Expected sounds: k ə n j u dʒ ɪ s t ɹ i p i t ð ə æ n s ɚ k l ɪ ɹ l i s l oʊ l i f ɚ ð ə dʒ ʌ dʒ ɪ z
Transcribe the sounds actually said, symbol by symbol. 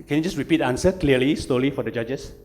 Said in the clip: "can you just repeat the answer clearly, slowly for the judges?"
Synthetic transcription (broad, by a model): k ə n j u dʒ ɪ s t ɹ i p i t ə n s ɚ k l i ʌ l i s l oʊ l i f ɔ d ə dʒ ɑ dʒ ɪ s